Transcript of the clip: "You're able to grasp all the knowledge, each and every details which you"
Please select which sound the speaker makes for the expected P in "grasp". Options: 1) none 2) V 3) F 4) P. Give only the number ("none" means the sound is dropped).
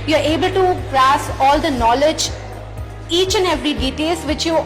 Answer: 1